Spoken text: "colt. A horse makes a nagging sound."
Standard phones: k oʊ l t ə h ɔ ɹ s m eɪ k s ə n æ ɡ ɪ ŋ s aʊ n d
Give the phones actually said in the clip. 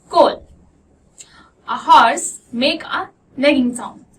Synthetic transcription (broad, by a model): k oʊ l ə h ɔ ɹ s m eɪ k ə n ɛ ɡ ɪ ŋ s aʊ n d